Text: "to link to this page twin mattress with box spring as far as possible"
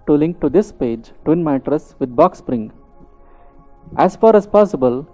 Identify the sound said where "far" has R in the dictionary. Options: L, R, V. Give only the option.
R